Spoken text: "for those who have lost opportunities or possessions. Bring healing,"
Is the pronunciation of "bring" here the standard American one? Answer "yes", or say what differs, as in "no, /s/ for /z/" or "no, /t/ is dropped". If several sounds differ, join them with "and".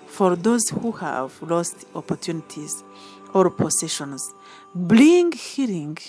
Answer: no, /l/ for /ɹ/